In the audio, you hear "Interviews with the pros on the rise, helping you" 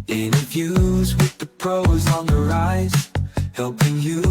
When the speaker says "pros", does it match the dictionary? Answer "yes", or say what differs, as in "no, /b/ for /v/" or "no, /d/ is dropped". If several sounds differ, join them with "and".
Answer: yes